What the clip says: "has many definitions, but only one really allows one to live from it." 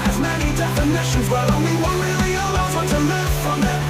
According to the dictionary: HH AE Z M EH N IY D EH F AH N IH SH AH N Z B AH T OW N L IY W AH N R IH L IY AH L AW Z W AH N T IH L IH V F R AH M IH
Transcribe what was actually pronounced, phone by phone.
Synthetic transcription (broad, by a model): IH Z M EH N IY D EH F AH N IH SH AH N Z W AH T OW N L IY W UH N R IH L IY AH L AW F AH T IH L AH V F R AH M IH